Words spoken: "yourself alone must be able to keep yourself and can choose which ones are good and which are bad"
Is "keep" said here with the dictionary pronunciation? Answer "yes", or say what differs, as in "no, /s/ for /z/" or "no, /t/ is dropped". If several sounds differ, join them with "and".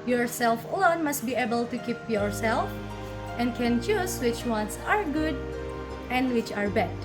yes